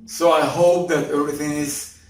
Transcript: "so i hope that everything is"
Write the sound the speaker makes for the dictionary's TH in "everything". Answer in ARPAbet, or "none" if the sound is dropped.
TH